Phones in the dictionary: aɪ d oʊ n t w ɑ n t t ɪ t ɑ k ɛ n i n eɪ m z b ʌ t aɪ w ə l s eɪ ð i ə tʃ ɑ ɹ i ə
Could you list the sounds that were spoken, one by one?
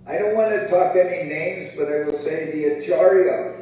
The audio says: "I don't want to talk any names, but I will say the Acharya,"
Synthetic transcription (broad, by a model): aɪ d oʊ n t w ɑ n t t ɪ t ɑ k ɛ n i n eɪ m z b ʌ t aɪ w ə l s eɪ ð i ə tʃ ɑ ɹ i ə